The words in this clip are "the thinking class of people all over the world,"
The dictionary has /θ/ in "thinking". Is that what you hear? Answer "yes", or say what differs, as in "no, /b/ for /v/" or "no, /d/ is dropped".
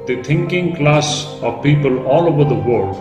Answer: no, /t/ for /θ/